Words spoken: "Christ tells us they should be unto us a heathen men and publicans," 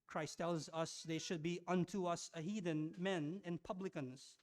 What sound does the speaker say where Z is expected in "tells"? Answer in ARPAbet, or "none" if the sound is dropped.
Z